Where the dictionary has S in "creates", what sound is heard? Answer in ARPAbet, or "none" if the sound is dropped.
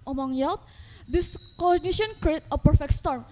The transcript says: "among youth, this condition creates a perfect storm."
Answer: none